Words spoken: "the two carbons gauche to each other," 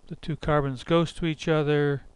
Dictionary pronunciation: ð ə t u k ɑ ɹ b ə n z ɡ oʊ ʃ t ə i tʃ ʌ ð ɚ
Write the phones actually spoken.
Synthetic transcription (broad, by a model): ð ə t u k ɑ ɹ b ə n z ɡ oʊ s t ə i tʃ ʌ ð ɚ